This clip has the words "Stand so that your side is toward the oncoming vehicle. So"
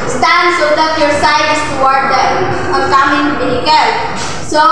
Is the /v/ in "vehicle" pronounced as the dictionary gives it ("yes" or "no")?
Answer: no